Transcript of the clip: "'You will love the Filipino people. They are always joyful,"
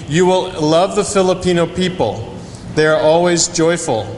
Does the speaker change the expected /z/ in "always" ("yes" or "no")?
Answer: no